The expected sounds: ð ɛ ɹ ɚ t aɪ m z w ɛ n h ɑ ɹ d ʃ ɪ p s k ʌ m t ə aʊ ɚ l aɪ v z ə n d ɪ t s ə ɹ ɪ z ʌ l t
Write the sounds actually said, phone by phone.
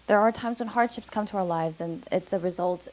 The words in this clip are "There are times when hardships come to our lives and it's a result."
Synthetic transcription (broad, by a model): ð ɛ ɹ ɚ t aɪ m z w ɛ n h ɑ ɹ d ʃ ɪ p s k ʌ m t ə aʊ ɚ l aɪ v z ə n ɪ t s ə ɹ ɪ z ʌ l t